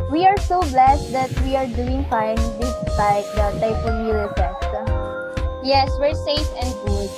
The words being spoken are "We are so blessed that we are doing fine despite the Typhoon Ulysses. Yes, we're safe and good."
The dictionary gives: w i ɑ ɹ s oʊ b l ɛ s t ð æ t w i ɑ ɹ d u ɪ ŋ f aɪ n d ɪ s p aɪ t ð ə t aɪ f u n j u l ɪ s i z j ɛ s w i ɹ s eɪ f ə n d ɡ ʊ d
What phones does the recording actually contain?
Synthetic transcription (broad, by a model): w i ɑ ɹ s oʊ b l ɛ s t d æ t w i ɑ ɹ d u ɪ ŋ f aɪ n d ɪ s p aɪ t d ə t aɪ p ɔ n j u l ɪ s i s j ɛ s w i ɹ s eɪ f ə n d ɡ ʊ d